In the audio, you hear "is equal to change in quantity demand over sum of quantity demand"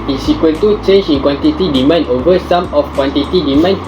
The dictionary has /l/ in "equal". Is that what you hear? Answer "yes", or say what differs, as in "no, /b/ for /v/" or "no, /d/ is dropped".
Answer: no, /n/ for /l/